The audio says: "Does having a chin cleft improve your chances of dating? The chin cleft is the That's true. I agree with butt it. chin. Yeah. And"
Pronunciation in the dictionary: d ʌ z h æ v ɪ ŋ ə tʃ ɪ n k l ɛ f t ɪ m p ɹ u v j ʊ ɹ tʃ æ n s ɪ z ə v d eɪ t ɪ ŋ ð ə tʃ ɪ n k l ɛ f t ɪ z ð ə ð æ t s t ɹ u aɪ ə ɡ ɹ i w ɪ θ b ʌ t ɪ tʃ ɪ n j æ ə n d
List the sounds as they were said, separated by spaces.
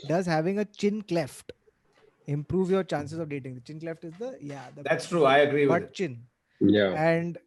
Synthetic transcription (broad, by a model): d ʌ z h æ v ɪ ŋ ə tʃ ɪ n k l ɛ f t ɪ m p ɹ u v j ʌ ɹ tʃ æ n s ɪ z ə v d eɪ t ɪ ŋ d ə tʃ ɪ n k l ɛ f t ɪ z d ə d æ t s t ɹ u aɪ ə ɡ ɹ i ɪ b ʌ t tʃ ɪ n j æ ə n d